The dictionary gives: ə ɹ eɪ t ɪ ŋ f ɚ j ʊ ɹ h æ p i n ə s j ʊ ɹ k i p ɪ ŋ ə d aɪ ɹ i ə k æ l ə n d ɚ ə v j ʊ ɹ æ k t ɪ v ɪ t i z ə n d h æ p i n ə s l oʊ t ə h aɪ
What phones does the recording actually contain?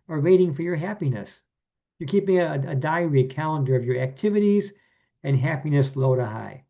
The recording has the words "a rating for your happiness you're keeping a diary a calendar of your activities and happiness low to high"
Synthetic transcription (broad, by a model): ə ɹ eɪ t ɪ ŋ f ɚ j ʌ ɹ h æ p i n ə s j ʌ ɹ k i p ɪ ŋ ə d aɪ ɹ i k æ l ə n d ɚ ə v j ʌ ɹ æ k t ɪ v ɪ t i z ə n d h æ p i n ə s l oʊ t ə h aɪ